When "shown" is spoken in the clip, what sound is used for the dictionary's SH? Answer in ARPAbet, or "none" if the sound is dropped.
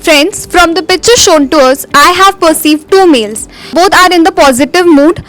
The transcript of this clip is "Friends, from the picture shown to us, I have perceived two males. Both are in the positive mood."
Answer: SH